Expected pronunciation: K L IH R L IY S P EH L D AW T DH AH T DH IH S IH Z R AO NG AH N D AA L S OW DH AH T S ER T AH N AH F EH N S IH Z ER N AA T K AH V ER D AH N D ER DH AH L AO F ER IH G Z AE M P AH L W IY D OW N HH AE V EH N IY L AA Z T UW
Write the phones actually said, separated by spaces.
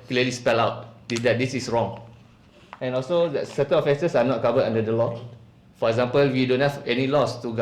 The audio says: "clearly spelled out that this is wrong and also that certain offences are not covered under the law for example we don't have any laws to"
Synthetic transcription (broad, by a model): K L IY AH L IY S P EH L AW T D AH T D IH S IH S R AO NG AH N AA L S OW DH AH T S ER T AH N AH F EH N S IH S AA N AA T K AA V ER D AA N D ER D AH L AO F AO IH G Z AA M P AH L W IY D OW N HH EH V EH N IY L AA S T UW